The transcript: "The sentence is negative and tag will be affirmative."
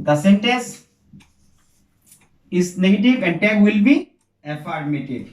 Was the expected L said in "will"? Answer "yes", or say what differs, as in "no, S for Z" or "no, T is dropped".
yes